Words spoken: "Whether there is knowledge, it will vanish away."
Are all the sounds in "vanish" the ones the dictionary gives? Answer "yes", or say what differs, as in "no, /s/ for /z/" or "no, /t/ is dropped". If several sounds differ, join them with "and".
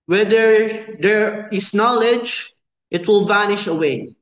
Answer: yes